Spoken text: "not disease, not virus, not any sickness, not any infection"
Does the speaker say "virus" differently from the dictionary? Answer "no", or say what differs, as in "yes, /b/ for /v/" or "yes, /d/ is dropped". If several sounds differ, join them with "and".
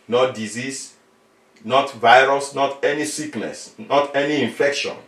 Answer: no